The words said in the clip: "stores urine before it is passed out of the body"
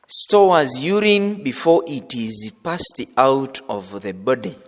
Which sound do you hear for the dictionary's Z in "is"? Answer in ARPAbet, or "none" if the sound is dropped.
Z